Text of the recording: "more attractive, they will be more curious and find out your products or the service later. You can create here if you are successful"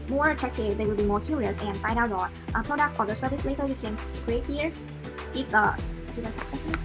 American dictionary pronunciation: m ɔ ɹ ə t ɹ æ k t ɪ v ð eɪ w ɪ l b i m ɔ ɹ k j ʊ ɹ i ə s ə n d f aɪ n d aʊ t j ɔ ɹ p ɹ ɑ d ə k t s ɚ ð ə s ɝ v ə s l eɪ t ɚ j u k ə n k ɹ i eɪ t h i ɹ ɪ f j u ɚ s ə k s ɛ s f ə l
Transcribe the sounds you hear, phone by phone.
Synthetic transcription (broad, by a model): m ɔ ɹ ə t ɹ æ k t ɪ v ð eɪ w ɪ l b i m ɔ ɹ k j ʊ ɹ i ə s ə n f aɪ n d aʊ t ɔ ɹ p ɹ ɑ d ə k t s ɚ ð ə s ɝ v ə s l eɪ t ɚ j u k ə n k ɹ i eɪ t h i ɹ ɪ p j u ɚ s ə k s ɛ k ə